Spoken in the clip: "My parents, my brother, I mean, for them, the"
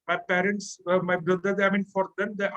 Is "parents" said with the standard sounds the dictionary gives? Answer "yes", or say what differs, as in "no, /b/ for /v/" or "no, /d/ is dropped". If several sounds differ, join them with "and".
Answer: yes